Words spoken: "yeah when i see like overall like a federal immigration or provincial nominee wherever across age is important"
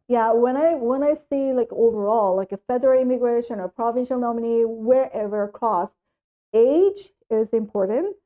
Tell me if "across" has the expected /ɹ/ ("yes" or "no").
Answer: no